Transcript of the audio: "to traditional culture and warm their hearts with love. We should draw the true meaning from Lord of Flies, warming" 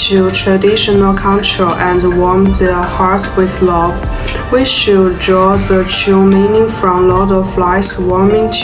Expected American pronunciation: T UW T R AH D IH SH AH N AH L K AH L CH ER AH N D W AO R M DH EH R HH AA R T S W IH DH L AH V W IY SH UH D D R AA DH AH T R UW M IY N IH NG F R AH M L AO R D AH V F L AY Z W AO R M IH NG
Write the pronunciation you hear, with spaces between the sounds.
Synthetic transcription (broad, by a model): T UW T R AH D IH SH AH N AH L K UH N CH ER AH N D W AO R M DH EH HH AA R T W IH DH L AH V W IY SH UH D D R AA DH AH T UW M IY N IH NG F R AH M L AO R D AH V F L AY S W AO R M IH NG